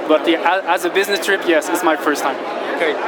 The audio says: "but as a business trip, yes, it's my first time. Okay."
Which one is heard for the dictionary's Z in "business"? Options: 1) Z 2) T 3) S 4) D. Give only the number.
1